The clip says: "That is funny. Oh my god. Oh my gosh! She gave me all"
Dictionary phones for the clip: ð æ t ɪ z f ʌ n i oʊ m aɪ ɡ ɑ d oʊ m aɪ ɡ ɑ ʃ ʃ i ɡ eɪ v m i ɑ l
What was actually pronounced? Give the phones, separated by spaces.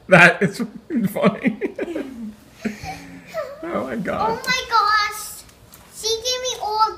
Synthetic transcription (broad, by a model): ð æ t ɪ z f ʌ n i oʊ m aɪ ɡ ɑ oʊ m aɪ ɡ ɑ ʃ s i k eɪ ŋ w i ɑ l